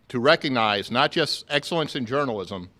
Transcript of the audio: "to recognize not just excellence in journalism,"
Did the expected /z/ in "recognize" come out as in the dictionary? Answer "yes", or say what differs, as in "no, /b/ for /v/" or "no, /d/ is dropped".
yes